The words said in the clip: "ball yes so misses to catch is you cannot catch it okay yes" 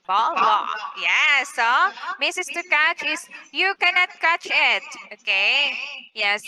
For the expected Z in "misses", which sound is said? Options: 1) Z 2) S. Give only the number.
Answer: 2